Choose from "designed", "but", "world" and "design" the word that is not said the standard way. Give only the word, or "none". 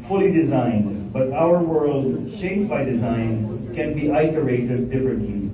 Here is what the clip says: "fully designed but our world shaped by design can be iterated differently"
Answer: none